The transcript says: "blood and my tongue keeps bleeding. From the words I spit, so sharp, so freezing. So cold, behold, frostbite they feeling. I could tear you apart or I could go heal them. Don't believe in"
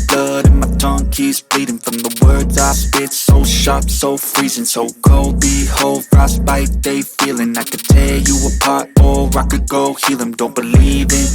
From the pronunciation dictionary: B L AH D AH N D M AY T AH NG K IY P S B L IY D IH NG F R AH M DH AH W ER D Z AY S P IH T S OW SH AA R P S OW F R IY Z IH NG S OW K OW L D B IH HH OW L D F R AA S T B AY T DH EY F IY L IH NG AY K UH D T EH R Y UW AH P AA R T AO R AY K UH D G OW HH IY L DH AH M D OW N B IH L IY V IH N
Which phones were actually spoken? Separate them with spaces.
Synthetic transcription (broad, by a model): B L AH D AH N M AY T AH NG K IY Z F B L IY D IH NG F R AH M DH AH W ER D Z AY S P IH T S OW SH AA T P S OW F R IY Z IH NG S OW K OW L D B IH HH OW L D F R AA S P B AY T DH EY F IY L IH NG AY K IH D T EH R Y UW AH P AA R T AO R AY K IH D G OW HH IY L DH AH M D OW N B IH L IY V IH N